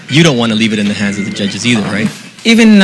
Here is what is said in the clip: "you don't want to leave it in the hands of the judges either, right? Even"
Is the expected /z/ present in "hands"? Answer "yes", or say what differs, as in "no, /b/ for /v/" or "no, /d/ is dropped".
yes